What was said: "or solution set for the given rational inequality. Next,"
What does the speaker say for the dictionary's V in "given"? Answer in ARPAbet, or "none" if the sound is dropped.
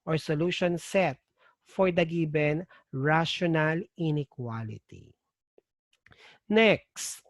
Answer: B